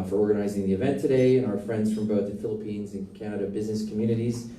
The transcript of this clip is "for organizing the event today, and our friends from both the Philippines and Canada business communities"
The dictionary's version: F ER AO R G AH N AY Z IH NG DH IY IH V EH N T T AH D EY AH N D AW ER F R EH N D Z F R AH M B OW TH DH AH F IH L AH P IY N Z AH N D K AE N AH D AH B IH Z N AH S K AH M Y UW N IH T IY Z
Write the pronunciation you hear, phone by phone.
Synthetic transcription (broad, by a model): F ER AO R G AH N AY Z IH NG DH IY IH V EH N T T AH D EY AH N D AW ER F R EH N D Z F R AH M B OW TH DH AH F IH L AH P IY N Z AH N K AE N AH D AH B IH Z N AH S K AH M Y UW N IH T IY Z